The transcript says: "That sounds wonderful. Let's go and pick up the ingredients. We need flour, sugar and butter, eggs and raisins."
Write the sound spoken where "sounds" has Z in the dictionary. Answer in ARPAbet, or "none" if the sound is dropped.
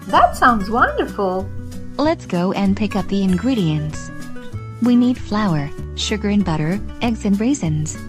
Z